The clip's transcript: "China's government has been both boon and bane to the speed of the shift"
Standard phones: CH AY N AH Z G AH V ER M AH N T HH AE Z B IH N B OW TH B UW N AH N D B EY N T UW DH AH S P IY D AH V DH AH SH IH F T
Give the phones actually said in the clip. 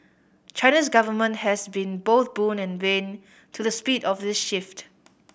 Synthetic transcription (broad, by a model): CH AY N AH S G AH V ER M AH N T HH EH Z B IH N B OW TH B UW N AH N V EY N T UW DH AH S P IY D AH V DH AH SH IH F T